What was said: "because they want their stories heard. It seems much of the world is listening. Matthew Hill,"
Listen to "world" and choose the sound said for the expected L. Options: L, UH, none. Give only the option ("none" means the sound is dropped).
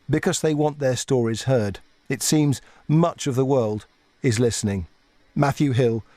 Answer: L